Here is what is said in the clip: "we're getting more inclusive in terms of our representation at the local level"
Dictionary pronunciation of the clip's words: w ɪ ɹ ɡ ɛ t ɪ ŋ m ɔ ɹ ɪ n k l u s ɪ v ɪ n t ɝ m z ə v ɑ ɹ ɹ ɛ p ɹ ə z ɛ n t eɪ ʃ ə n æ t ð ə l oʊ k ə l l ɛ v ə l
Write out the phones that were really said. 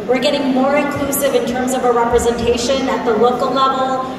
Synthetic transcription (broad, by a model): w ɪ ɹ ɡ ɛ t ɪ ŋ m ɔ ɹ ɪ n k l u s ɪ v ɪ n t ɝ m z ə v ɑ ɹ ɹ ɛ p ɹ ə z ɛ n t eɪ ʃ ə n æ t ð ə l oʊ k ə l l ɛ v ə l